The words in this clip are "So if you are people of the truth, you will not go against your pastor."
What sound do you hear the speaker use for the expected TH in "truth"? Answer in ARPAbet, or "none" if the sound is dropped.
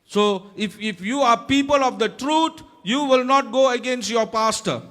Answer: T